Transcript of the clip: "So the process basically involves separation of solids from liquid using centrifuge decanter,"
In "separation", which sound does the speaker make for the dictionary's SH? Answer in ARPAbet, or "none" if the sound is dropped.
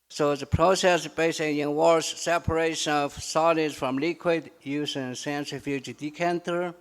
SH